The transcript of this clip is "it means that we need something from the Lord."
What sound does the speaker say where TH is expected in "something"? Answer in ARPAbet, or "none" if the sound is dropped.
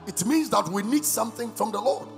TH